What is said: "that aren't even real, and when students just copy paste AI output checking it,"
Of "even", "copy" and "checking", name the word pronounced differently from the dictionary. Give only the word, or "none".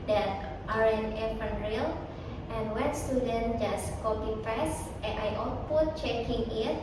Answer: even